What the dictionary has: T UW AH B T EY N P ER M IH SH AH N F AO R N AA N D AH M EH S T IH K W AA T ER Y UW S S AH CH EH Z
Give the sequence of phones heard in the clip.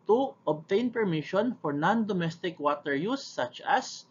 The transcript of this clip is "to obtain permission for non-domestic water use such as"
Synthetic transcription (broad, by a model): T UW AH B T EY N P ER M IH SH AH N F AO R N AA N D AH M EH S T IH K W AA T ER Y UW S S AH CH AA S